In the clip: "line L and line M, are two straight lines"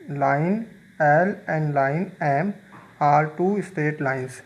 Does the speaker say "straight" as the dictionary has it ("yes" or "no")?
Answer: no